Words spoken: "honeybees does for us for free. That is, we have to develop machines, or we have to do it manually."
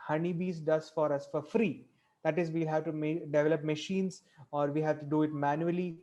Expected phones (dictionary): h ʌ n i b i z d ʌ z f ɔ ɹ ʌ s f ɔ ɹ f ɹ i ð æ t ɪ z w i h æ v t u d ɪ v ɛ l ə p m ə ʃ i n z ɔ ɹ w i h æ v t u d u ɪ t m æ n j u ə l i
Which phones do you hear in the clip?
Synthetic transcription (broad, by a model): h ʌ n i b i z d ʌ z f ɔ ɹ ʌ s f ɔ ɹ f ɹ i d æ t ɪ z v i h æ v t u d ɪ v ɛ l ə p m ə ʃ i n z ɔ ɹ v i h æ v t u d u ɪ t m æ n j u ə l i